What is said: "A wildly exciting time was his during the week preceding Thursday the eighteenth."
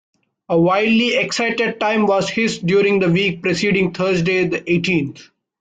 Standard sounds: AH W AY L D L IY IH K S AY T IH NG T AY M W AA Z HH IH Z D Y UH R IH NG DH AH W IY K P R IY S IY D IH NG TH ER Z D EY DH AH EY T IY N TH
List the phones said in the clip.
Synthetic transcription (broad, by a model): AH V AY D L IY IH K S AY T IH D T AY M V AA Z HH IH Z D Y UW R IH NG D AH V IY K P R IY S IY D IH NG T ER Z D EY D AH EY T IY N T